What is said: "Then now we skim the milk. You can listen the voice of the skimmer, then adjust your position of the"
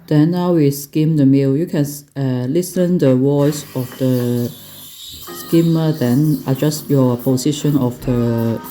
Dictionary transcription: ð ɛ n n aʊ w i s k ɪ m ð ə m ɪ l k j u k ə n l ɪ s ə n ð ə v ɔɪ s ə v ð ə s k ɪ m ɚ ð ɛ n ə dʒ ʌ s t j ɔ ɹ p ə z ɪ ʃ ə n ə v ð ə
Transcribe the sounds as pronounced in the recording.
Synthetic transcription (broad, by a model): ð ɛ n n aʊ w i s k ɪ m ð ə m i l j u k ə n l ɪ s ə n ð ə w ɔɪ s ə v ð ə s k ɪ m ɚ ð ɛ n ə dʒ ʌ s t j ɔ p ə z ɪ ʃ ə n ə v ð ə